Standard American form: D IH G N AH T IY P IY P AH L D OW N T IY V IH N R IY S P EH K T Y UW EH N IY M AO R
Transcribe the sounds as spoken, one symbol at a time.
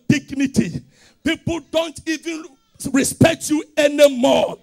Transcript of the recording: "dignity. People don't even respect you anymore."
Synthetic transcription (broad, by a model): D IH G N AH T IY P IY P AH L D OW N T IY V IH N R IY S P EH K T Y UW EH N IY M AO